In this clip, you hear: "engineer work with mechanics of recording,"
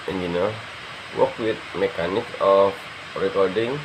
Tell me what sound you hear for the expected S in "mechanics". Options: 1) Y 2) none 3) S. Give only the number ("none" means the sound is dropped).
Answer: 2